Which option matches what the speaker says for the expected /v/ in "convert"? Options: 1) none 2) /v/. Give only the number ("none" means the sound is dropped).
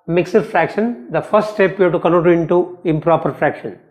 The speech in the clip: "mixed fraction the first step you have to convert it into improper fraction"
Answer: 1